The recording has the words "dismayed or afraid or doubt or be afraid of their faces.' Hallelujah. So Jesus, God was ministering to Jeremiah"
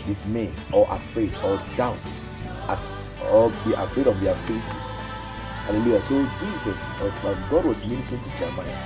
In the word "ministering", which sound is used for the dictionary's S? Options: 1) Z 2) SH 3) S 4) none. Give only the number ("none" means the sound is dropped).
4